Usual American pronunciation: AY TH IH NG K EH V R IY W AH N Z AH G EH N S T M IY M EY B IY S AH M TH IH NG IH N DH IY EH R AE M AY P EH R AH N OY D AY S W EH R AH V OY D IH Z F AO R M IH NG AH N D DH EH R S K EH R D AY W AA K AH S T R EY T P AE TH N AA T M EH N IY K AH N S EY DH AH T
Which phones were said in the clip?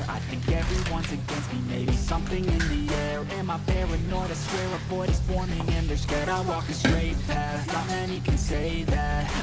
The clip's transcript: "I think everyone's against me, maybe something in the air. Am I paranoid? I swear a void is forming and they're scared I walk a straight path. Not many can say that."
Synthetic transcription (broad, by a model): AY TH IH NG K EH V R IY W AH N Z AH G EH N S T M IY M EY B IY S AH M TH IH NG IH N DH IY EH R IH M AY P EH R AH N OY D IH S W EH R AH B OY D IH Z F AO R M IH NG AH N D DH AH R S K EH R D AY W AA K AH S T R EY T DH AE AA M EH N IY K AH N S EY DH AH T